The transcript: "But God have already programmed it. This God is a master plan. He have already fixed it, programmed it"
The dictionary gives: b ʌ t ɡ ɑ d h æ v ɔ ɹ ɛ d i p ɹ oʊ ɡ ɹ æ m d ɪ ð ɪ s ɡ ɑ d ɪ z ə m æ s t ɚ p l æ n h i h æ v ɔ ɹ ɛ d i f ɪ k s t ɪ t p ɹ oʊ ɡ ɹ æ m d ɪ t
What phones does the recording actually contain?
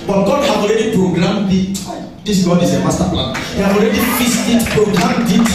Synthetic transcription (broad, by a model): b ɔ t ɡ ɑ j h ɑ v ɔ ɹ ɛ d i p ɹ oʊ ɡ ɹ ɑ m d ɪ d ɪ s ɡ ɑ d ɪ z ə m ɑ s t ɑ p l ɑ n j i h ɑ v ɔ ɹ ɛ d i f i s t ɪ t p ɹ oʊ ɡ ɹ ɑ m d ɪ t